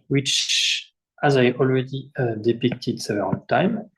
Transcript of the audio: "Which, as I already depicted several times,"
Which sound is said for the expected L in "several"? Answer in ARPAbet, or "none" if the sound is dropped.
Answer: N